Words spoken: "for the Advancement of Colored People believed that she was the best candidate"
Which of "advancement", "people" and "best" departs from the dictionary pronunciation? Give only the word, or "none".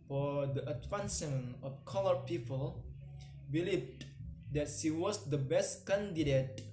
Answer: advancement